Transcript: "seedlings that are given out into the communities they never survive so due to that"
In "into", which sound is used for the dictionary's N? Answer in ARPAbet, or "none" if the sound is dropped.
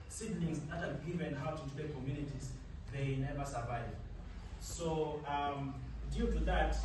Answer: none